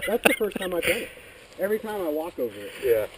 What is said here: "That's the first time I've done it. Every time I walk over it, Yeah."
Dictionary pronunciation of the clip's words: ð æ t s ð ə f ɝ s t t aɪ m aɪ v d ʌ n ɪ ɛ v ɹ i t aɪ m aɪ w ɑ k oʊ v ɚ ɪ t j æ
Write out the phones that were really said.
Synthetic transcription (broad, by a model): ð æ t s ð ə f ɝ s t t aɪ m aɪ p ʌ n ɪ ɛ v ɹ i t aɪ m aɪ w ɑ k oʊ v ɚ ɪ t j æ